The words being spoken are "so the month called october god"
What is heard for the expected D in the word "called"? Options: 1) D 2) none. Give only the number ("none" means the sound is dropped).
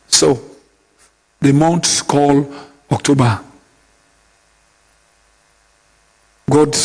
2